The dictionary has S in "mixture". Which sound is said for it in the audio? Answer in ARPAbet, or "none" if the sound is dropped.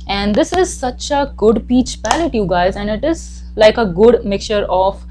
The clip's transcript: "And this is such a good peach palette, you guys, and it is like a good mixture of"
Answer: none